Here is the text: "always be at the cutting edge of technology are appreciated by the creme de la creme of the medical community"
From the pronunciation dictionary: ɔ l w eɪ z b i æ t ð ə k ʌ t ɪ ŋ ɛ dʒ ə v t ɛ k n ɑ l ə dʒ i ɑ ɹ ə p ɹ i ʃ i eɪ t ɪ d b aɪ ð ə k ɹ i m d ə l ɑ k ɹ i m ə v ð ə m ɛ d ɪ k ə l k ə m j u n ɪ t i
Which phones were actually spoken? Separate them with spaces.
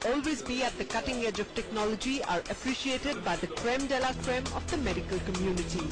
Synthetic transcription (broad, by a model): ɔ l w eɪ z b i æ t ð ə k ʌ t ɪ ŋ ɛ dʒ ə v t ɛ k n ɑ l ə dʒ i ɑ ɹ ə p ɹ i ʃ i eɪ t ɪ d b aɪ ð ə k ɹ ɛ m d ə l ɑ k ɹ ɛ m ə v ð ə m ɛ d ɪ k ə l k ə m j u n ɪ t i